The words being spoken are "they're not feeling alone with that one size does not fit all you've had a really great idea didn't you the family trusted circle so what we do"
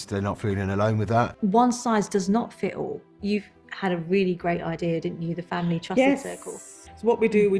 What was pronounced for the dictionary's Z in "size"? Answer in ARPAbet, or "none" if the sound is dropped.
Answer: Z